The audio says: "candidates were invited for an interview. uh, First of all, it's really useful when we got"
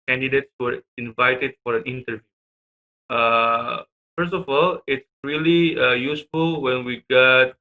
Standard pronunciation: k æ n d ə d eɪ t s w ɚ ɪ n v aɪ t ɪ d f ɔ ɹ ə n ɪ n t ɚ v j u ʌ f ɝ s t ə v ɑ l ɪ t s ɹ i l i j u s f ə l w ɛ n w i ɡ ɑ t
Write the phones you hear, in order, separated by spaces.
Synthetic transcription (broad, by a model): k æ n d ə d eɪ t s w ɚ ɪ n v aɪ t ɪ d f ɔ ɹ ə n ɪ n t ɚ v j u ʌ f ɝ s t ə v ɑ l ɪ t s ɹ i l i j u s f ə l w ɛ n w i ɡ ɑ t